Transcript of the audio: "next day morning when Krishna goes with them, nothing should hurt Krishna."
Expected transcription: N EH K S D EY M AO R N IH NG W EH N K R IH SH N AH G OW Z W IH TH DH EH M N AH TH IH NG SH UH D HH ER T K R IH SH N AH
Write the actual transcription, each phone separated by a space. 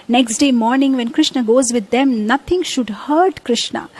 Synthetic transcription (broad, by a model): N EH K S D EY M AO R N IH NG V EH N K R IH SH N AH G OW Z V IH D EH M N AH T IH NG SH UH D HH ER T K R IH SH N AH